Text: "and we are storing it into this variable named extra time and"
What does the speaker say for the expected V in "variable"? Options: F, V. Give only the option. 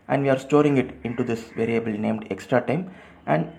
V